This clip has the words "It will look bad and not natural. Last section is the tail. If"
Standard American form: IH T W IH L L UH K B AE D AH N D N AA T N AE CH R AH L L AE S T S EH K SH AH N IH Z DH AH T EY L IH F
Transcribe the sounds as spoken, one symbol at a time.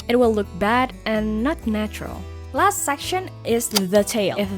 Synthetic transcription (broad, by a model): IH T W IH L L UH K B AE D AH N N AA T N AE CH R AH L L AE S T S EH K SH AH N IH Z DH AH T EY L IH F